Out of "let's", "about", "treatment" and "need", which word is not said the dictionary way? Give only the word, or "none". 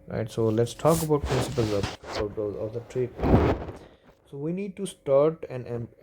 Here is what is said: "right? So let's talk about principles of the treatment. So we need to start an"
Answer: treatment